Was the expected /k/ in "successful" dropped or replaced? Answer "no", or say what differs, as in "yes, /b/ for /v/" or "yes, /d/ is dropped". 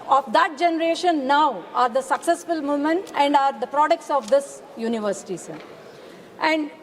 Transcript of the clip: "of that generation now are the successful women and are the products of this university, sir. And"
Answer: no